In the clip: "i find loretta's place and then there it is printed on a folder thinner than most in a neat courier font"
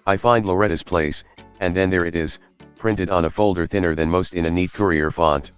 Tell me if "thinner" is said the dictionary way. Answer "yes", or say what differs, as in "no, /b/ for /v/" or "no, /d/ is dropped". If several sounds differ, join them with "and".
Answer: yes